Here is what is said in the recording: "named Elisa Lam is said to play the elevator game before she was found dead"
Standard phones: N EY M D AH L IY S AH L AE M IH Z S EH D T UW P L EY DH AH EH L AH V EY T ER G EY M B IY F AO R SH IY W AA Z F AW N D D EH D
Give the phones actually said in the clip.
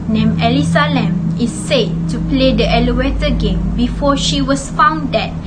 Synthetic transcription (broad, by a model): N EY M AH L IY S AH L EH M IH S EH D T UW P L EY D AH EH L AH W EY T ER G EY M B IY F AO SH IY W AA S F AW N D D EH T